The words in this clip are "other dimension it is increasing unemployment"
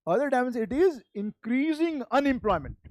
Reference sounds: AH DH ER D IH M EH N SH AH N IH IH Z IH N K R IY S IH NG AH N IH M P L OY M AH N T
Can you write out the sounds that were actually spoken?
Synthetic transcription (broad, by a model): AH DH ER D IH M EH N S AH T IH IH Z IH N K R IY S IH NG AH N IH M P L OY M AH N T